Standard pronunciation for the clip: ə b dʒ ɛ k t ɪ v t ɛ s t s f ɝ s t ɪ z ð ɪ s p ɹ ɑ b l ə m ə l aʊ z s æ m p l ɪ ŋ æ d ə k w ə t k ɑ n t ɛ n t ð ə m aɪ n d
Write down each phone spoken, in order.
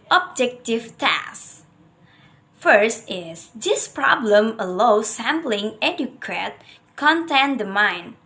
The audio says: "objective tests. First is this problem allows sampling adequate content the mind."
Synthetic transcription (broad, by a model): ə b dʒ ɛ k t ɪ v t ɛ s s f ɝ s t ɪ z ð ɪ s p ɹ ɑ b l ə m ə l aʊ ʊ s æ m p l ɪ ŋ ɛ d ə k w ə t k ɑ n t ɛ n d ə m aɪ n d